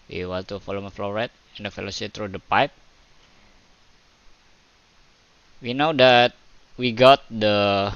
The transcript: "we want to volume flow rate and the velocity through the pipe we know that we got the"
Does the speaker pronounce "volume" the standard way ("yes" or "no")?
no